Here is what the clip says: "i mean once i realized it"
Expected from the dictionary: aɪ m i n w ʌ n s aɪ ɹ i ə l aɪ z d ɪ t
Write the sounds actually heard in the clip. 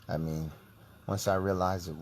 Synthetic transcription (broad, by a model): aɪ m i n w ʌ n s aɪ ɹ i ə l aɪ z ɪ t